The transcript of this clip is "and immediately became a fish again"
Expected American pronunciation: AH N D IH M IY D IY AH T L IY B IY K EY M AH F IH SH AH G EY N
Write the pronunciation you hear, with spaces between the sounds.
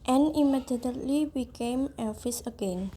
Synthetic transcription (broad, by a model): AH N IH M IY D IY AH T L IY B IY K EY M AH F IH S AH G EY N